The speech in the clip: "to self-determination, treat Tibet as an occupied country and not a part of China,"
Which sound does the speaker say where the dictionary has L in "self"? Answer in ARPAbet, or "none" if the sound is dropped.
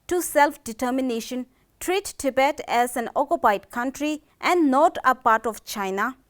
L